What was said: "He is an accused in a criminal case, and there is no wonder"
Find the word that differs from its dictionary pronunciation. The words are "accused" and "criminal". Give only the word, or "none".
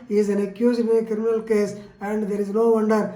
accused